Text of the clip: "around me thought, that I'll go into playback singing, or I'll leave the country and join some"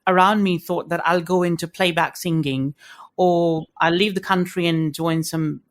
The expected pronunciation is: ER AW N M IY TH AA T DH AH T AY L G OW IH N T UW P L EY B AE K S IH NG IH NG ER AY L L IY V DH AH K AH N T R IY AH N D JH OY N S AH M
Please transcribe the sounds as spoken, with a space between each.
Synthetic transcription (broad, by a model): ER AW N M IY TH AA T DH AH T AY L G OW IH N T UW P L EY B AE K S IH NG IH NG ER AY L L IY V DH AH K AH N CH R IY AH N JH OY N S AH M